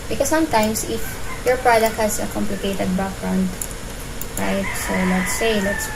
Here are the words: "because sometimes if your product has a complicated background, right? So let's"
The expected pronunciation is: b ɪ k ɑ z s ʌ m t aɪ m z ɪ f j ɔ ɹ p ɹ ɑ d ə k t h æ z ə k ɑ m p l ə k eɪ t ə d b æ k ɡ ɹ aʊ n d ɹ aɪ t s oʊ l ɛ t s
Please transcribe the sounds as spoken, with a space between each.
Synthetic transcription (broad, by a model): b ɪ k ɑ s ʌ m t aɪ m s ɪ f j ɔ ɹ p ɹ ɑ d ə k t h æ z ə k ɑ m p l ə k eɪ t ə d b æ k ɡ ɹ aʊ n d ɹ aɪ t s oʊ l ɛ t s